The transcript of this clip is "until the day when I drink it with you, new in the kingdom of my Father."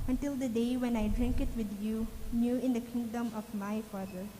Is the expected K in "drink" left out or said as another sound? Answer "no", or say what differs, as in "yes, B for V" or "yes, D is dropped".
no